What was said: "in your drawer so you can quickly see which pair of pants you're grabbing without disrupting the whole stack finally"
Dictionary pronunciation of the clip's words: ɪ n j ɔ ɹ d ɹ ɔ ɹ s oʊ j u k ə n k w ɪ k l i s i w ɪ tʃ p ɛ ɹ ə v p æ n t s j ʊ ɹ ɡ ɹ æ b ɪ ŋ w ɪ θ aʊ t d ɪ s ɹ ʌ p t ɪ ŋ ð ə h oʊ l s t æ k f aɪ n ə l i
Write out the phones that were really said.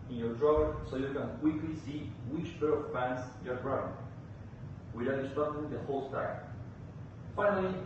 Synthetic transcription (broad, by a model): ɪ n j ɔ ɹ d ɹ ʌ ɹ s oʊ j u k ə n k w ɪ k l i s i w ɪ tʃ b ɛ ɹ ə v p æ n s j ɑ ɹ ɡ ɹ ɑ ɪ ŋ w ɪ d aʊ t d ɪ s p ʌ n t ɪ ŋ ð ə h oʊ l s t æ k f aɪ n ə l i